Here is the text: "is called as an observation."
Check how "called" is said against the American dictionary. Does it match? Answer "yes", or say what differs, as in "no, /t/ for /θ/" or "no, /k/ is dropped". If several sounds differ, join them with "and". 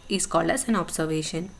no, /d/ is dropped